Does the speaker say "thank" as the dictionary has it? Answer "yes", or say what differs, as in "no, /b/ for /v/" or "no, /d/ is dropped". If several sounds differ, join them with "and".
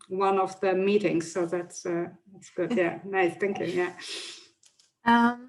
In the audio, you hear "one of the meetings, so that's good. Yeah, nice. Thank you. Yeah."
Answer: yes